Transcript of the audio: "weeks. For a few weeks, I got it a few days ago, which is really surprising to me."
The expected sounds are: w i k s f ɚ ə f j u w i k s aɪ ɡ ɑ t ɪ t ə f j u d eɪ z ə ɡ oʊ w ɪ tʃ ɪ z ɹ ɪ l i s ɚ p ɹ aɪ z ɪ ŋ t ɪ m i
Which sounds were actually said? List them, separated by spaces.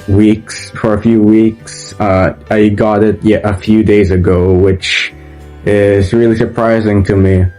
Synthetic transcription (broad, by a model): w i k s f ɚ ə f j u w i k s aɪ ɡ ɑ t ɪ t ə f j u d eɪ z ə ɡ oʊ w ɪ tʃ ɪ z ɹ ɪ l i s ɚ p ɹ aɪ z ɪ ŋ t ɪ m i